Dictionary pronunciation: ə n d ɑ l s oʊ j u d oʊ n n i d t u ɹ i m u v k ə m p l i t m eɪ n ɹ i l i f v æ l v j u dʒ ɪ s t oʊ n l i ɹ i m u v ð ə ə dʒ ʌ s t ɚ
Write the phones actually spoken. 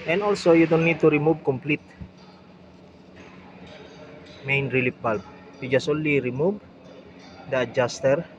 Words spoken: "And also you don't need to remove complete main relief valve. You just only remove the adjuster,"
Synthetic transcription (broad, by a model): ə n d ɑ l s oʊ j u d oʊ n n i d t u ɹ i m u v k ə m p l i t m eɪ n ɹ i l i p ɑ l p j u dʒ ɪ s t oʊ n l i ɹ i m u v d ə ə dʒ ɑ s t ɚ